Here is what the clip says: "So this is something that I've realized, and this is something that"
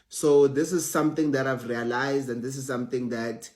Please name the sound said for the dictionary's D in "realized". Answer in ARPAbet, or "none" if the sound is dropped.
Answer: D